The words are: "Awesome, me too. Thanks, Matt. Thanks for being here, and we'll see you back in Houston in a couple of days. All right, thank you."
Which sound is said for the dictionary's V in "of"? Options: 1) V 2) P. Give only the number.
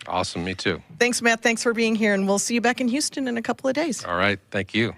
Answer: 1